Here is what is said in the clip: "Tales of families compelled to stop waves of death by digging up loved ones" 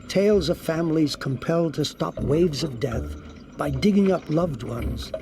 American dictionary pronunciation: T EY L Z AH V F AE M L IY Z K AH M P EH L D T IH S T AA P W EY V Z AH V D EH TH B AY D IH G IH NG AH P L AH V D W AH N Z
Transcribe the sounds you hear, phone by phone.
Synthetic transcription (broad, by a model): T EY L Z AH V F AE M L IY Z K AH M P EH L D T IH S T AA P W EY V Z AH V D EH TH B AY D IH G IH NG AH P L AH V D W AH N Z